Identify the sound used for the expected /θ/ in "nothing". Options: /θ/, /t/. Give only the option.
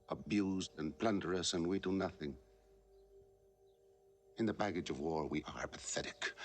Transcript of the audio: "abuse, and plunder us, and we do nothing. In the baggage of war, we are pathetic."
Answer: /θ/